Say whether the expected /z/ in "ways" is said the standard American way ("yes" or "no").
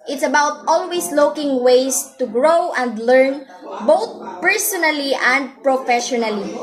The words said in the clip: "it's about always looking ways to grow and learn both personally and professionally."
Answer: no